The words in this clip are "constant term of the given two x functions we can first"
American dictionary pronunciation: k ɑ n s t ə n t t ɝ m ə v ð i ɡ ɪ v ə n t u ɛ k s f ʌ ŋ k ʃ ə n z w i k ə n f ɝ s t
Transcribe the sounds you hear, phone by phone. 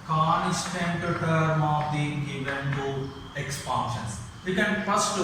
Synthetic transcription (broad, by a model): k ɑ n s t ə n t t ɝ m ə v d i ɡ ɪ v ə n t u ɛ k s p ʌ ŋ ʃ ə n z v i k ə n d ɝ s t